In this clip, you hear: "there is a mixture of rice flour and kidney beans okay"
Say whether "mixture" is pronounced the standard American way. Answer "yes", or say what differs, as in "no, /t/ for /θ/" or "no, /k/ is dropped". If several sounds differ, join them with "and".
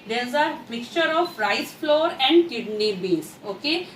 no, /s/ is dropped